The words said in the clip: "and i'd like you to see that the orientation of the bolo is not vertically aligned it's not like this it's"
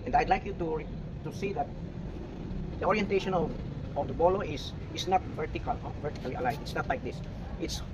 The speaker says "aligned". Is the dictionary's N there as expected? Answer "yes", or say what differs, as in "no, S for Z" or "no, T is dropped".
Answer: no, N is dropped